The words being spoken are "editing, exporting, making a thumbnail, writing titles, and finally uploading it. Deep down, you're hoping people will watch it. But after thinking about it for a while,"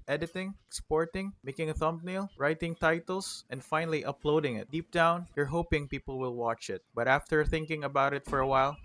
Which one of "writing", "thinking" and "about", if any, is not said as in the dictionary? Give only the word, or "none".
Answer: none